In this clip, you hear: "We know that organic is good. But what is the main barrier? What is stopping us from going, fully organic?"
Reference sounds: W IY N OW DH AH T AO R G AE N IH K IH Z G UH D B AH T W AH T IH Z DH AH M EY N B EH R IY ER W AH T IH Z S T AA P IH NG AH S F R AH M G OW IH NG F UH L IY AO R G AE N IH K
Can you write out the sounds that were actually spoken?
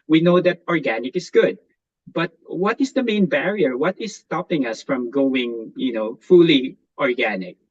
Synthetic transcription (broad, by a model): W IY N OW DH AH T AO R G AE N IH K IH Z G UH D B AH T W AH T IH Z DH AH M EY N B EH R IY ER W AH T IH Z S T AA P IH NG AH S F R AH M G OW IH NG F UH L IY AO R G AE N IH K